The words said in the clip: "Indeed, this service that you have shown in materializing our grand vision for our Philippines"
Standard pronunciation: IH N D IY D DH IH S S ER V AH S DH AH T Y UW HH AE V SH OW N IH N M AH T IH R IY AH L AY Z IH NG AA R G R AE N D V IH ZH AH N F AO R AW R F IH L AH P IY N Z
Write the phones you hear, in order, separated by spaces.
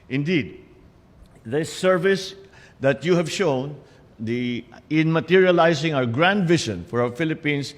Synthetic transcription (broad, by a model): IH N D IY D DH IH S S ER V AH S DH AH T Y UW HH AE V SH OW N IH N M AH T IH R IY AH L AY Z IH NG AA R G R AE N D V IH SH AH N F AO R AW R F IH L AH P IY N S